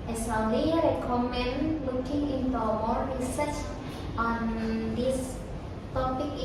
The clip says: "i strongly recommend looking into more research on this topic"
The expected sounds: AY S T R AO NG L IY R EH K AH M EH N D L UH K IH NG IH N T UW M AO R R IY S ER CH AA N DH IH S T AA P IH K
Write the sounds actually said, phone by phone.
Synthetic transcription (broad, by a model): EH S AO L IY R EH K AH M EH N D L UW K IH NG IH N T UW M AO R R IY S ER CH AA N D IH S T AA P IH K